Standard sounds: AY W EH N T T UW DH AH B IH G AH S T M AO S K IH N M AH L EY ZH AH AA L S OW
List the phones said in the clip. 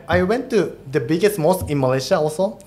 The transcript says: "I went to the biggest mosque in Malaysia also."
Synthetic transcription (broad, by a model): AY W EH N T T UW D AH B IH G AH S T M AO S IH N M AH L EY SH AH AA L S OW